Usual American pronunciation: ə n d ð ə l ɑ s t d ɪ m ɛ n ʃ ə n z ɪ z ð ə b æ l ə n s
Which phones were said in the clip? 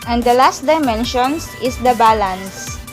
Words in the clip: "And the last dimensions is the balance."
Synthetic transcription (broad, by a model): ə n d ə l ɑ s t d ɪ m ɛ n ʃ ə n s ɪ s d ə b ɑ l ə n s